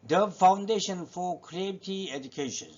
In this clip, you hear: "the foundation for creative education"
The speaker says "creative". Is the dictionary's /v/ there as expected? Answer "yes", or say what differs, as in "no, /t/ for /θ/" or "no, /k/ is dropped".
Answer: no, /v/ is dropped